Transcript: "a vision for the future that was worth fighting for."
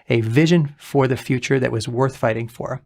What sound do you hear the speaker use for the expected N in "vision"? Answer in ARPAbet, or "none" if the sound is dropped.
N